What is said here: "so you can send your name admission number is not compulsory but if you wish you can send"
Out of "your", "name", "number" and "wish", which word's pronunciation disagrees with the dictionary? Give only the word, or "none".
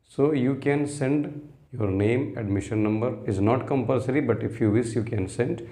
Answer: wish